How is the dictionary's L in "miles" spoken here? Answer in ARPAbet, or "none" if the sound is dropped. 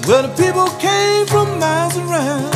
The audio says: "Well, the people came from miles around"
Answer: none